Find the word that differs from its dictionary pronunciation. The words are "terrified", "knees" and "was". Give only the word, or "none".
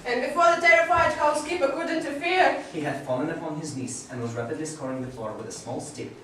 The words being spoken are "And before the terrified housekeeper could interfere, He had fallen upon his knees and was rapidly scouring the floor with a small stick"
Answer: knees